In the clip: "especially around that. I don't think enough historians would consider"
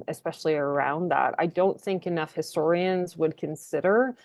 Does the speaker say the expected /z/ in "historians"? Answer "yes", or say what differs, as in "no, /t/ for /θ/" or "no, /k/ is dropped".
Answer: yes